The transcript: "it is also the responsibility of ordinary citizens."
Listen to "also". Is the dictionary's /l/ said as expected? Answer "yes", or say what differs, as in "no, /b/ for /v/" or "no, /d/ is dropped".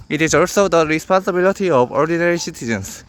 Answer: yes